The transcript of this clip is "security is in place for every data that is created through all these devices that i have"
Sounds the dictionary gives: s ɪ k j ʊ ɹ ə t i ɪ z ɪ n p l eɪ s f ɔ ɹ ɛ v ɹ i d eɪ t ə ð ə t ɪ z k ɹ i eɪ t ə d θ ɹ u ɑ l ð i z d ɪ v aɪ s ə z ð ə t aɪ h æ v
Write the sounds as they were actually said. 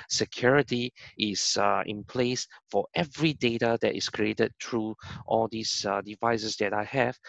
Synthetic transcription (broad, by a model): s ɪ k j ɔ ɹ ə t i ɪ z ɪ n p l eɪ s f ɔ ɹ ɛ v ɹ i d eɪ t ə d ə t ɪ s k ɹ i eɪ t ə d t ɹ u ɑ l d i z d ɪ v aɪ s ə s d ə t aɪ h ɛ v